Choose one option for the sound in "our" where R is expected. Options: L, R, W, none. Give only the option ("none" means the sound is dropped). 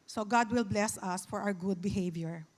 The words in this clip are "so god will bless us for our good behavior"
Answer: W